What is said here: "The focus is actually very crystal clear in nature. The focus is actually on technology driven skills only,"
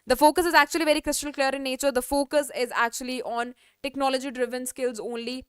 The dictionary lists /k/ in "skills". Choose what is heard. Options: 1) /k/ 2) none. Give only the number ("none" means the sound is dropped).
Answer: 1